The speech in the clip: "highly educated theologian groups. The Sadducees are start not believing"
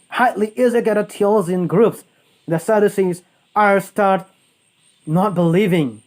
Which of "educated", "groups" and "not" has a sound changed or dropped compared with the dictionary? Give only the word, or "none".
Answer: educated